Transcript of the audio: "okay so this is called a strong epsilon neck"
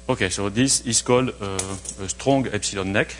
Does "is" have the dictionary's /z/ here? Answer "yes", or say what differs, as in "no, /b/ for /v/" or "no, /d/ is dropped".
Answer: no, /s/ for /z/